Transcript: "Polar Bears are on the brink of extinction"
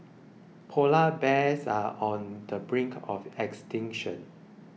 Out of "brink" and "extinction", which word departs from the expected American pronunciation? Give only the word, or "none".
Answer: none